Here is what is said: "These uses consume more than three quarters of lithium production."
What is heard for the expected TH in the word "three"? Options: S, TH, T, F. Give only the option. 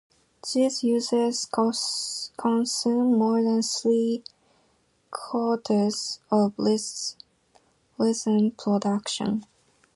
S